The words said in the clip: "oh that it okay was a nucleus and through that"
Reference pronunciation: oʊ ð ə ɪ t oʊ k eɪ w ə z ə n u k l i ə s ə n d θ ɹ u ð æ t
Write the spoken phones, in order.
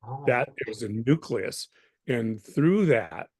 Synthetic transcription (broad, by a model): ð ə ɪ t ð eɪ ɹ z ə n u k l i ə s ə n θ ɹ u ð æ t